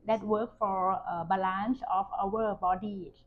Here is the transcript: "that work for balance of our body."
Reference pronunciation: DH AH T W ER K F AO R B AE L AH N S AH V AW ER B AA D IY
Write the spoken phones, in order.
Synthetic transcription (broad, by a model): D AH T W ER K F AO R B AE L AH N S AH F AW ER B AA D IY